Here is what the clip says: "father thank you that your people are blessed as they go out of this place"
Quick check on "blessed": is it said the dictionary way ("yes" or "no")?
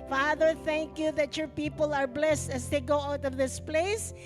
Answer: yes